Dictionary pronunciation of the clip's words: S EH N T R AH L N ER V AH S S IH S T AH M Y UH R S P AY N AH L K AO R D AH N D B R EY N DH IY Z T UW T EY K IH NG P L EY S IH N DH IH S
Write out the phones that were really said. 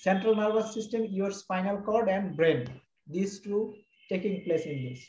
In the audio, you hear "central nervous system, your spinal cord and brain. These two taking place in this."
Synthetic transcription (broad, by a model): S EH N T R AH L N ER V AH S S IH S T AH M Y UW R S F AY N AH L K AO R D AH N D B R EY N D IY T T UW T EY K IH NG P L EY S IH N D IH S